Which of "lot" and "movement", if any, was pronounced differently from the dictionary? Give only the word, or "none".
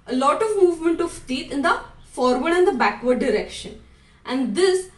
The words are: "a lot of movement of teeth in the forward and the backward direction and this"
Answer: none